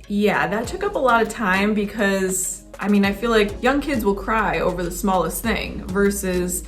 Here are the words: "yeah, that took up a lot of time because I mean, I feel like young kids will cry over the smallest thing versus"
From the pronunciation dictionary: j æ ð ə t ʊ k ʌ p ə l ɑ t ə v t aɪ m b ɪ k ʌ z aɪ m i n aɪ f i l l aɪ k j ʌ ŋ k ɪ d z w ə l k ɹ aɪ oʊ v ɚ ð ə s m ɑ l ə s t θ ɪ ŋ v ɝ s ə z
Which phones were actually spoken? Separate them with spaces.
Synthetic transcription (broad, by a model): j æ ð ə t ʊ k ʌ p ə l ɑ t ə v t aɪ m b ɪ k ʌ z aɪ m i n aɪ f i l l aɪ k j ʌ ŋ k ɪ d z w ə l k ɹ aɪ oʊ v ɚ ð ə s m ɑ l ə s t θ ɪ ŋ v ɝ s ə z